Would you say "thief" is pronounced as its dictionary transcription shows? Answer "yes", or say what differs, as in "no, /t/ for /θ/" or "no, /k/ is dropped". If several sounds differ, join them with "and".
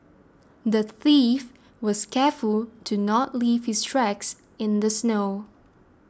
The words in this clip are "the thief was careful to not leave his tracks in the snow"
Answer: yes